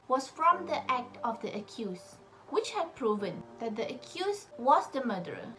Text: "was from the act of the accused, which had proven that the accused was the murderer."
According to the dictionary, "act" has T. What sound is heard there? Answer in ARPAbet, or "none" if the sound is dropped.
T